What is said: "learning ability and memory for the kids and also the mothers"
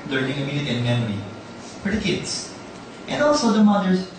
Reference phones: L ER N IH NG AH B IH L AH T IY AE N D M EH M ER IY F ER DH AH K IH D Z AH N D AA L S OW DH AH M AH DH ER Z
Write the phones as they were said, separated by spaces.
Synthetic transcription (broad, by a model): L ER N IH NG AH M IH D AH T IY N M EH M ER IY P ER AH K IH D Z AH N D AA L S OW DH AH M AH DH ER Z